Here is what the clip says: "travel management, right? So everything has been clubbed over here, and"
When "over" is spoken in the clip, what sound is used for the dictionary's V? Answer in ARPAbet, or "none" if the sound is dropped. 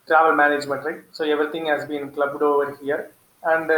V